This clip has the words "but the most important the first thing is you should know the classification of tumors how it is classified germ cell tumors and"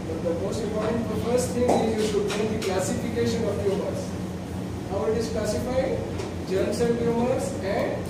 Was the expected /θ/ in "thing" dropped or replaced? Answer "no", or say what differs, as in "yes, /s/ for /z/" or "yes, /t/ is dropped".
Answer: yes, /t/ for /θ/